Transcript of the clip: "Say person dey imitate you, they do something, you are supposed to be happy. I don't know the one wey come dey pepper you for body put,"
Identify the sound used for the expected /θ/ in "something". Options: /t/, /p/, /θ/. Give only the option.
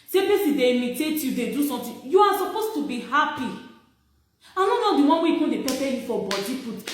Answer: /t/